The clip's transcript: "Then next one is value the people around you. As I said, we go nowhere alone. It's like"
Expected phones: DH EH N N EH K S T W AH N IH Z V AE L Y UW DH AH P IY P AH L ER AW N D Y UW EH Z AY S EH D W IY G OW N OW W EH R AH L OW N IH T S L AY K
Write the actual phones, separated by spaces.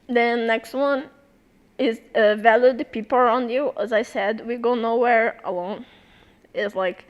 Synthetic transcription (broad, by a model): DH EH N N EH K S T W AH N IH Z V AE L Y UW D P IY P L ER AW N D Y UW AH Z AY S EH D W IY G OW N OW W EH R AH L OW N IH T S L AY K